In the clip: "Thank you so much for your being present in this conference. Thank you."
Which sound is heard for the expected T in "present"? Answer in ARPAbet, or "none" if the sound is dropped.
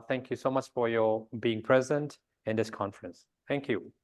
T